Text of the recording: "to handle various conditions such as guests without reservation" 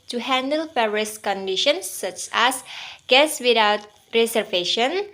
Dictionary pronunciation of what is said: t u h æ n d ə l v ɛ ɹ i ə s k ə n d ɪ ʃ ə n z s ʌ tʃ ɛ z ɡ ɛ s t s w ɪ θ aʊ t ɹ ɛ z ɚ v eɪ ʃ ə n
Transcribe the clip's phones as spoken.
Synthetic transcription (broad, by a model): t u h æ n d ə l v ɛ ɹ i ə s k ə n d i ʃ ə n s ʌ tʃ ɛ s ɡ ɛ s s w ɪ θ aʊ t ɹ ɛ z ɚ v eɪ ʃ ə n